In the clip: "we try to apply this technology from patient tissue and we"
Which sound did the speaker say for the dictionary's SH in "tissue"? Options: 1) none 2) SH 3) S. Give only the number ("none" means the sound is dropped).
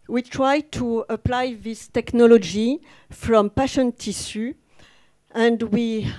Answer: 3